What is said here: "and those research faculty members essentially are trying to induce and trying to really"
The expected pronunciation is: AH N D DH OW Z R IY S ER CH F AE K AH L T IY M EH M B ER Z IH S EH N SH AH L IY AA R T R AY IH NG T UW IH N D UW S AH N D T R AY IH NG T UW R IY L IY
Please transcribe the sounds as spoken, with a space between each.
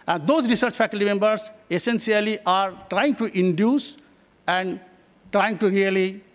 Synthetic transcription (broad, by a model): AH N D OW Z R IY S ER CH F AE K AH L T IY M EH M B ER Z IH S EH N S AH L IY AA R T R AY IH NG T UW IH N D UW S AH N D T R AY IH NG T UW R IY L IY